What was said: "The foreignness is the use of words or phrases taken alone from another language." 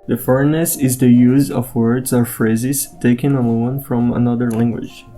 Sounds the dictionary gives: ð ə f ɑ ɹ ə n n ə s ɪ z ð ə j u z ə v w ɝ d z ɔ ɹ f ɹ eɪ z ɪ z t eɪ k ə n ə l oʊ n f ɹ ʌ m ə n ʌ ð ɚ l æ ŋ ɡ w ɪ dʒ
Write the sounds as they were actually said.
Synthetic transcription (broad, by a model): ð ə f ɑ ɹ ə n n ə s ɪ z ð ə j u z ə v w ɝ d z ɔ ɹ f ɹ eɪ z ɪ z t eɪ k ə n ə n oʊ n f ɹ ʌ m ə n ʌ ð ɚ l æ ŋ ɡ w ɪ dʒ